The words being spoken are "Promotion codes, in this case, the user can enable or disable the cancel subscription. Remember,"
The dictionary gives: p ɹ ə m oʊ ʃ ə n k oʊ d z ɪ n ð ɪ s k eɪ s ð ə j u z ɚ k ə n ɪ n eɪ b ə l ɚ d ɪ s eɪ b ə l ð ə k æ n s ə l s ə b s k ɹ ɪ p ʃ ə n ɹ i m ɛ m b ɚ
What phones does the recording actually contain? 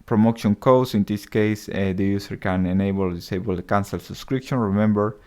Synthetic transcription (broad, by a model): p ɹ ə m oʊ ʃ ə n k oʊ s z ɪ n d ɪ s k eɪ s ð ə j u s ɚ k ə n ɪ n eɪ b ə l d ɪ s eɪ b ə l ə k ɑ n s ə l s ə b s k ɹ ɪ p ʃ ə n ɹ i m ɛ m b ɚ